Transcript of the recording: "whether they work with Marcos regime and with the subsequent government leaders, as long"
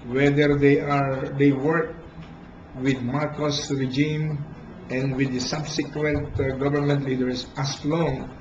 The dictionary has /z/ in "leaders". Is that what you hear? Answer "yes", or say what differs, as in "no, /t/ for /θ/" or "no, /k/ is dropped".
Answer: no, /s/ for /z/